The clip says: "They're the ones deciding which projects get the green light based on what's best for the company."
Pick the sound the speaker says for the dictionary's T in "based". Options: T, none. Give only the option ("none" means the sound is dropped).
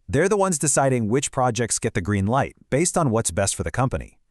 T